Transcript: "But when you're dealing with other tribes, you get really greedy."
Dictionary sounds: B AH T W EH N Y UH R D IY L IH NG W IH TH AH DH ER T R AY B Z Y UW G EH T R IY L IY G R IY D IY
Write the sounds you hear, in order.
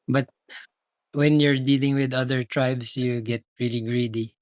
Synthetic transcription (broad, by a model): B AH T W EH N Y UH R D IY L IH NG W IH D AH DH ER T R AY B S Y UW G EH T R IY L IY G R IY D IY